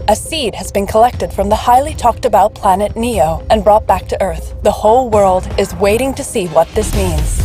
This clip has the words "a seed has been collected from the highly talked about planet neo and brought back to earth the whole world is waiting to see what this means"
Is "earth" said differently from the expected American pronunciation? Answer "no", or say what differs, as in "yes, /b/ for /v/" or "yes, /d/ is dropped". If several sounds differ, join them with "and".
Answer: no